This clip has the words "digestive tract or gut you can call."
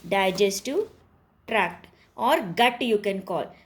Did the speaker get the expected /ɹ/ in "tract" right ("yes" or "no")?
yes